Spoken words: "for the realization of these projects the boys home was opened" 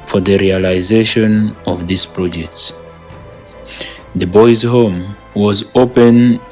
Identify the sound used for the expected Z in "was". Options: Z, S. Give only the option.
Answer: Z